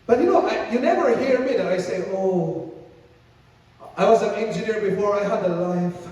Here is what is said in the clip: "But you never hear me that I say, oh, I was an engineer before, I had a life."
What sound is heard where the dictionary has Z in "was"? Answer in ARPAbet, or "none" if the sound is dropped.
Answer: Z